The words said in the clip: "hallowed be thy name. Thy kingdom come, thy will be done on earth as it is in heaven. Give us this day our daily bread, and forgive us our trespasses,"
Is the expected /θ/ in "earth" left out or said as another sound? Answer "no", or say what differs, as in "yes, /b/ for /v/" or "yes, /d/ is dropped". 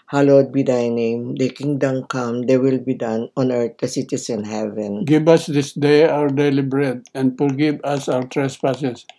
yes, /t/ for /θ/